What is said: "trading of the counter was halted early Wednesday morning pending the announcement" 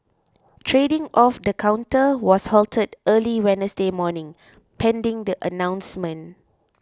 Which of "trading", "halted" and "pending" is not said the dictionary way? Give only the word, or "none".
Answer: none